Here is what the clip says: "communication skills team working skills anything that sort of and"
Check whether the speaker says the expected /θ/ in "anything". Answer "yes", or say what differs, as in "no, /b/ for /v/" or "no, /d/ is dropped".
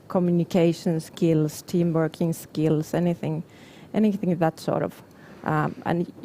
yes